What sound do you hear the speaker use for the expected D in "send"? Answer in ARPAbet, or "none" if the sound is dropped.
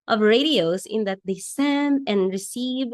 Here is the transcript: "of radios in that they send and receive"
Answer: D